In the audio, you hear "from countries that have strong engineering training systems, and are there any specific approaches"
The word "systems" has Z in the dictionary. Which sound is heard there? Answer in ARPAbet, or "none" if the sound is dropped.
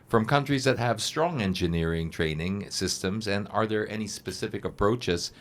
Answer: Z